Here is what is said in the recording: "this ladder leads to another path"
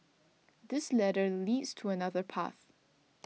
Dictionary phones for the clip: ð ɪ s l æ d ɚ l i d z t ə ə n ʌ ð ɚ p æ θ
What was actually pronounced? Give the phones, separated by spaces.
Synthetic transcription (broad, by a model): ð ɪ s l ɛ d ɚ l i d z t ə ə n ʌ ð ɚ p æ θ